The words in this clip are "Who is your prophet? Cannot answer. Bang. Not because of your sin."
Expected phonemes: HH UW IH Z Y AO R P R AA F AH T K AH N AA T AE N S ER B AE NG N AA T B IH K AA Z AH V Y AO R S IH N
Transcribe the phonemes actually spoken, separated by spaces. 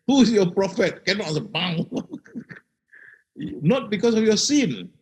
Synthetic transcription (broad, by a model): HH UW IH S Y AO P R AA F AH T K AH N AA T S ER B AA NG N AA T B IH K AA S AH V Y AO S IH N